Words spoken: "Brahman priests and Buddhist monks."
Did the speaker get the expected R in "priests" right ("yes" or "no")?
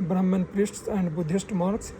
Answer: yes